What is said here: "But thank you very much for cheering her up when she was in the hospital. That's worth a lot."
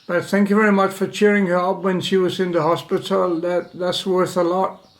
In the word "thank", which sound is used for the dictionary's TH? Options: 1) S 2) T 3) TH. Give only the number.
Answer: 3